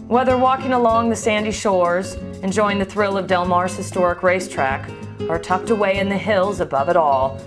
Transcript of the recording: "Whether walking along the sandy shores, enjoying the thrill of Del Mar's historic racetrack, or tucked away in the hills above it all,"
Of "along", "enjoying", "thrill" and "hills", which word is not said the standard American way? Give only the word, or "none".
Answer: none